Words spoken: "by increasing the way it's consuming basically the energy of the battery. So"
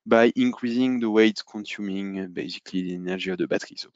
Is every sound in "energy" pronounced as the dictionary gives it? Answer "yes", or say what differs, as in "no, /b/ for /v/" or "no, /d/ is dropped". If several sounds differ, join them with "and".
no, /ʒ/ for /dʒ/